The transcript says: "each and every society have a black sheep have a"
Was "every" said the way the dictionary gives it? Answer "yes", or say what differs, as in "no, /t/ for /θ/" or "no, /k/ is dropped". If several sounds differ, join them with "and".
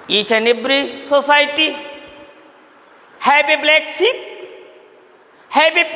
no, /b/ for /v/